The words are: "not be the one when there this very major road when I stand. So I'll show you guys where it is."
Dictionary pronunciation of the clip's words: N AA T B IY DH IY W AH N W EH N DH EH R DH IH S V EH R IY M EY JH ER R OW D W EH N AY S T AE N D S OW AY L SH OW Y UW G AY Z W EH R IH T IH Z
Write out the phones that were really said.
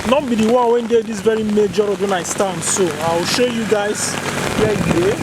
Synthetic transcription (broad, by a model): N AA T B IY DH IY W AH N W EH N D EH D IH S V EH R IY M EY JH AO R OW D W EH N AY S T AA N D S OW AY W SH OW Y UW G AY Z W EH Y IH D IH